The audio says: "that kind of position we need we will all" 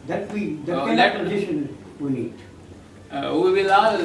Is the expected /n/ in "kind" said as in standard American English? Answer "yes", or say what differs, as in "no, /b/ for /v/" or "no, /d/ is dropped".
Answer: no, /n/ is dropped